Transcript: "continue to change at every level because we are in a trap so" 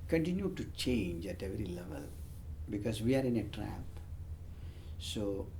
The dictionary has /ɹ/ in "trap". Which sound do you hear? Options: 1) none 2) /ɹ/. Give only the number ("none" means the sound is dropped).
2